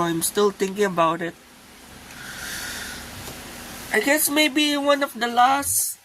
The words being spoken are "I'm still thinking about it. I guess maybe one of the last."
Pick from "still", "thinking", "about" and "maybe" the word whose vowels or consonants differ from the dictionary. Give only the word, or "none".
thinking